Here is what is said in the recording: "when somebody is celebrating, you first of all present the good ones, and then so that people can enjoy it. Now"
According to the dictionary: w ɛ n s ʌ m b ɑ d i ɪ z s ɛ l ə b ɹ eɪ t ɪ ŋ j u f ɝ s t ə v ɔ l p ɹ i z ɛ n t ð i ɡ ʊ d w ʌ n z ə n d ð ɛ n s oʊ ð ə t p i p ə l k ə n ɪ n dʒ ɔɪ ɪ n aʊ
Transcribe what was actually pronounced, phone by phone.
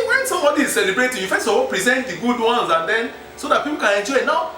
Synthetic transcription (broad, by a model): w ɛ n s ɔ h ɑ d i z s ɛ l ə b ɹ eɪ t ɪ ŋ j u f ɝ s ə w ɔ p ɹ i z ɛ n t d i ɡ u d w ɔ n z ə n d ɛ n s oʊ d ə t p i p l k ə n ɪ n dʒ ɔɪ ɪ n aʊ